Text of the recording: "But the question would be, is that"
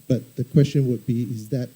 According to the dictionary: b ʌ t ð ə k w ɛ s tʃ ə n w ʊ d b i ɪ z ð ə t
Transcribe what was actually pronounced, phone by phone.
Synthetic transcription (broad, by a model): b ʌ t ð ə k w ɛ s tʃ ə n w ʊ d b i ɪ z ð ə t